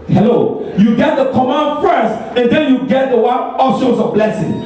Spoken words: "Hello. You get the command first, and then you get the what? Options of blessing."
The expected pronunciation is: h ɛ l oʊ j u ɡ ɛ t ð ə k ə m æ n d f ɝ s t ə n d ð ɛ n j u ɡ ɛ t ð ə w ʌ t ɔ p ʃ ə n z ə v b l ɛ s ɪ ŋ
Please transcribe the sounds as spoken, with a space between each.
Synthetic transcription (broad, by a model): h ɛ l oʊ j u ɡ ɛ t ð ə k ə m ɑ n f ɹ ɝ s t ə n d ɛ n j u ɡ ɛ t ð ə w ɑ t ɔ ʃ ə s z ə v b l ɛ s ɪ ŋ